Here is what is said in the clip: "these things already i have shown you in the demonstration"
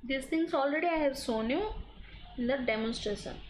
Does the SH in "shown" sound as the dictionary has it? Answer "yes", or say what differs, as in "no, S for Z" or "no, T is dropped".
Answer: no, S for SH